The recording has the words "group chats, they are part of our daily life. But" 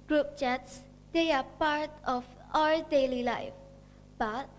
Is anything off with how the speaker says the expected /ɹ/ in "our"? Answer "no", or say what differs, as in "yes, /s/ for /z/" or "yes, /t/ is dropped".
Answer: yes, /l/ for /ɹ/